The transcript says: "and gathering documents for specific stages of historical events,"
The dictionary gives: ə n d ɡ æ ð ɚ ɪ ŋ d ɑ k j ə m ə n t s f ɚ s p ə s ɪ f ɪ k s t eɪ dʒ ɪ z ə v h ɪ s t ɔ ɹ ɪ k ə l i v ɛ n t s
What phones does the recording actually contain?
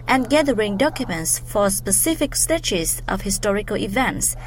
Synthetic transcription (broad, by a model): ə n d ɡ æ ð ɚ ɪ ŋ d ɑ k j ə m ə n t s f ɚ s p ə s ɪ f ɪ k s t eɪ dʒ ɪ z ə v h ɪ s t ɔ ɹ ɪ k ə l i v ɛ n t s